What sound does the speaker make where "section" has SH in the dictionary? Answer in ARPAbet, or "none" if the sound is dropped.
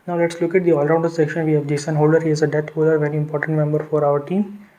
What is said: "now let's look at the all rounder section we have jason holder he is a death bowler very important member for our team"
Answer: SH